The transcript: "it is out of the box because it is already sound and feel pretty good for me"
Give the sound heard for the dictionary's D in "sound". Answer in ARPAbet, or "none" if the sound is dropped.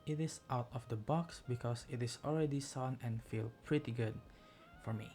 none